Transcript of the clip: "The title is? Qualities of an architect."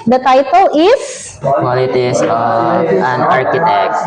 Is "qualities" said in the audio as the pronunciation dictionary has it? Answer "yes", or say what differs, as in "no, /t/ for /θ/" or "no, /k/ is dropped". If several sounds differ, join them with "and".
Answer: no, /s/ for /z/